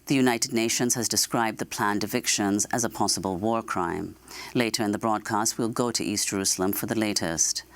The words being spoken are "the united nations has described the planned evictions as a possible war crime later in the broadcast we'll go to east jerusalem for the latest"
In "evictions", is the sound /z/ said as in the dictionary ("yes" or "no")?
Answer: yes